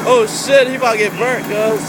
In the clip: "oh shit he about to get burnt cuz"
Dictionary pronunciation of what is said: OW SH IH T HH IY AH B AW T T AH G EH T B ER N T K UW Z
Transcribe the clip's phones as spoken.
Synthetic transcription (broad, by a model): OW SH IH T HH IY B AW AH G EH T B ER T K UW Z